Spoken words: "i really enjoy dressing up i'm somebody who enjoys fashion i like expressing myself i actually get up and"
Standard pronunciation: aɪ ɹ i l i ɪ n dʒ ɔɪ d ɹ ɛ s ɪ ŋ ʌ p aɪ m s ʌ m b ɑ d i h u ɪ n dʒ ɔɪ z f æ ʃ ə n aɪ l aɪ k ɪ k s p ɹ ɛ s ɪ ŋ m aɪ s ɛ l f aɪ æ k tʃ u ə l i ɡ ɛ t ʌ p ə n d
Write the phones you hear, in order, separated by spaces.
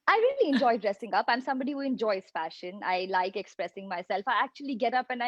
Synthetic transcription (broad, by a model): aɪ ɹ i l i ɪ n dʒ ɔɪ d ɹ ɛ s ɪ ŋ ʌ p aɪ m s ʌ m b ɑ d i h u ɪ n dʒ ɔɪ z f æ ʃ ə n aɪ l aɪ k ɪ k s p ɹ ɛ s ɪ ŋ m aɪ s ɛ l f aɪ æ k tʃ u ə l i ɡ ɛ t ʌ p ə n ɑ